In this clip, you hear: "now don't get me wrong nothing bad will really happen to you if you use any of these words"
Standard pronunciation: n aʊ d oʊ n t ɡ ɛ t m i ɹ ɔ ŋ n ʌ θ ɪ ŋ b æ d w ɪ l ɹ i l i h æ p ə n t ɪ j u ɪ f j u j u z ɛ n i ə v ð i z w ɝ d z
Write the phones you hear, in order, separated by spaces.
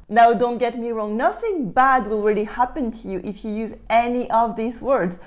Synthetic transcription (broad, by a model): n aʊ d oʊ n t ɡ ɛ t m i ɹ ɔ ŋ n ʌ θ ɪ ŋ b æ d w ɪ l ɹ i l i h æ p ə n t ɪ j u ɪ f j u j u z ɛ n i ə v ð i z w ɝ d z